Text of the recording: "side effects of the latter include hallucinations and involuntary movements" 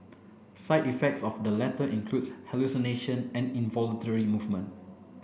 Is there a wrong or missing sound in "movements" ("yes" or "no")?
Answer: yes